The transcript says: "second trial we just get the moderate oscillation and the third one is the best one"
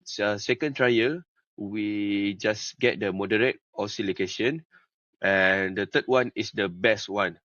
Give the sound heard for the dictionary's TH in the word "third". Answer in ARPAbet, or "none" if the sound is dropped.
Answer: T